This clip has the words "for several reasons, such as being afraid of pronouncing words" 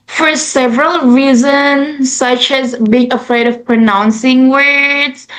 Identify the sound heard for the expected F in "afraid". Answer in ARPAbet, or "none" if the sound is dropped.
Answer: F